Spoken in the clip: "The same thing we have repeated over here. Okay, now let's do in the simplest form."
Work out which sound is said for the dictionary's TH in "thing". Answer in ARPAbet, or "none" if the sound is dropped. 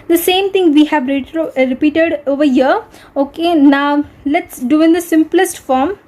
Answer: T